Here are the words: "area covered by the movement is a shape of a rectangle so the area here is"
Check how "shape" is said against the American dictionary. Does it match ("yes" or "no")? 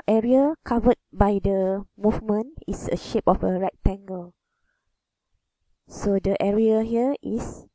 yes